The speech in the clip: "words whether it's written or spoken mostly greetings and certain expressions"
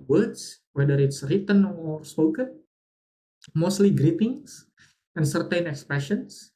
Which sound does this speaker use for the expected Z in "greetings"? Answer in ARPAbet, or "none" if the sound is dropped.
S